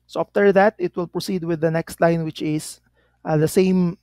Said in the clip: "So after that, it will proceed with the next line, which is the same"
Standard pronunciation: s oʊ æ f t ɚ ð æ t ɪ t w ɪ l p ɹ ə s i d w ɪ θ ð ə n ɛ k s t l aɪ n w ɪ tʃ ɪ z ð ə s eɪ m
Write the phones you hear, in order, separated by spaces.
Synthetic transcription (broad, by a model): s oʊ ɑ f t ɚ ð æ t ɪ t w ɪ l p ɹ ə s i d w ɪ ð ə n ɛ k s t l aɪ n w ɪ tʃ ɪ s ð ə s eɪ m